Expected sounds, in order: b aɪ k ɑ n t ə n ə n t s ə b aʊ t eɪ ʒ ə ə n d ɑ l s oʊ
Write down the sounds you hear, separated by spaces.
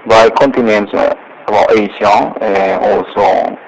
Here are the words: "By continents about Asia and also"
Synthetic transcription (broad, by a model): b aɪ k ɑ n t ə n ə n t s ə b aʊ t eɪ s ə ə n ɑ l s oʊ